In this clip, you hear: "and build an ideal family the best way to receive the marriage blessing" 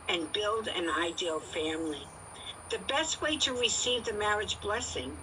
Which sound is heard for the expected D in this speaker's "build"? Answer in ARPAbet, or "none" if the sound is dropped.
D